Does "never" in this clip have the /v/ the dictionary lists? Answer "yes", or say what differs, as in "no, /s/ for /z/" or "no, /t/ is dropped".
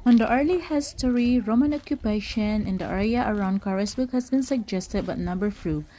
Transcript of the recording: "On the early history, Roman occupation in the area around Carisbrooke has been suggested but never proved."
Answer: no, /b/ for /v/